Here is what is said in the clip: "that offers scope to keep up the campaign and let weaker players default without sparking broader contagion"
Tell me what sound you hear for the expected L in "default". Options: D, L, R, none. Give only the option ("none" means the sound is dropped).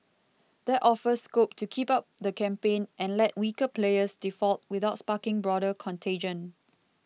L